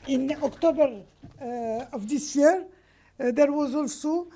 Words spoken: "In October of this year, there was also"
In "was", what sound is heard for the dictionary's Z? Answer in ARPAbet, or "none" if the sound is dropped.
Z